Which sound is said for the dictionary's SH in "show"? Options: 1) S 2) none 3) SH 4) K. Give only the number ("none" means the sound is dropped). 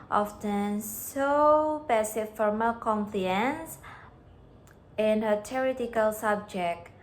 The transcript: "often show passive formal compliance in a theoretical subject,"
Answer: 1